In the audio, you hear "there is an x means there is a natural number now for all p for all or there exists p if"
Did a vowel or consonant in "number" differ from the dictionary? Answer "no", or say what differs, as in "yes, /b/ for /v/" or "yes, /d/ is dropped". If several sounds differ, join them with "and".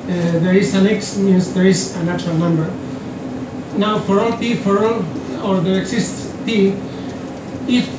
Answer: no